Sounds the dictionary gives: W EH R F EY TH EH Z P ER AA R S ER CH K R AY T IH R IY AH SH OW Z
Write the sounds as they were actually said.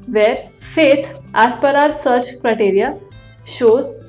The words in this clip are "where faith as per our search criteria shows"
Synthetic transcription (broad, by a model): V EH R F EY T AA S P ER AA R S ER CH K R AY T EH R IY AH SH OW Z